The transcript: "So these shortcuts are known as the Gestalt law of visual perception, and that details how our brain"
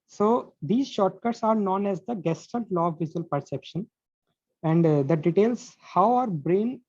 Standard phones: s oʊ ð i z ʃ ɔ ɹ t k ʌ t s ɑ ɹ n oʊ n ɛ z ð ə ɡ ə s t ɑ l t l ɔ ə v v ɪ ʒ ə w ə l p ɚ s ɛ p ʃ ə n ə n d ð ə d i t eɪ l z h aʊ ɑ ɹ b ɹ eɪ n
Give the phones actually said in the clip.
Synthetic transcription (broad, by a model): s oʊ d i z ʃ ɔ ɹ t k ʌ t s ɑ ɹ n oʊ n ɛ z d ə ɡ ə s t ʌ n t l ɔ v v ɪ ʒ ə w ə l p ɚ s ɛ p ʃ ə n ə n d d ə d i t eɪ l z h aʊ ɑ ɹ b ɹ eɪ n